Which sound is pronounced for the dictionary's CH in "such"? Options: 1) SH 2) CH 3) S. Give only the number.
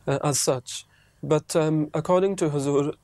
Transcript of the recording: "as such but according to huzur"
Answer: 2